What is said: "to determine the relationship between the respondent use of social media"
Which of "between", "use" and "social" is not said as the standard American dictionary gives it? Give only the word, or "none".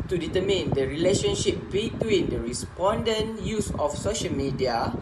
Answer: none